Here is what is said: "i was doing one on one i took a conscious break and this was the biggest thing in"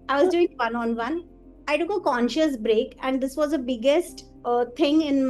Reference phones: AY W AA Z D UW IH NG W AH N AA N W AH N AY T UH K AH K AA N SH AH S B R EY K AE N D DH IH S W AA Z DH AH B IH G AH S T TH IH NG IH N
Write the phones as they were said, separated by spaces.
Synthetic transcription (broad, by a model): AY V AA Z D UW IH NG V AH N AA N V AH N AY T UH K AH K AA N SH AH S B R EY K AE N D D IH S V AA Z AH B IH G AH S T T IH NG IH N